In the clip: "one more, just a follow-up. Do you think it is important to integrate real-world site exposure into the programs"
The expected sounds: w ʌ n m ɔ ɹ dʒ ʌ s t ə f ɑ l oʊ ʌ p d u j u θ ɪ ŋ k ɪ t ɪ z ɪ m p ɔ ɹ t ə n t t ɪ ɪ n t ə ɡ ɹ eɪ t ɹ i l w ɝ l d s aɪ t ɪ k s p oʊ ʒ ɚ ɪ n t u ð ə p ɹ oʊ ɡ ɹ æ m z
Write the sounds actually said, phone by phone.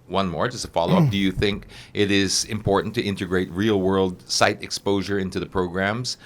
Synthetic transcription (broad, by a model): w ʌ n m ɔ ɹ dʒ ʌ s t ə f ɑ l oʊ ʌ p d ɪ j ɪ θ ɪ ŋ k ɪ t ɪ z ɪ m p ɔ ɹ t n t t ɪ ɪ n t ə ɡ ɹ eɪ t ɹ i l w ɝ l d s aɪ t ɪ k s p oʊ ʒ ɚ ɪ n t u ð ə p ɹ oʊ ɡ ɹ æ m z